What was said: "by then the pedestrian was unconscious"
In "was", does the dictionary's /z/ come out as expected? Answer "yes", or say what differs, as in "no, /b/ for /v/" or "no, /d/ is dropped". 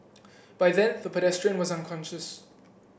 yes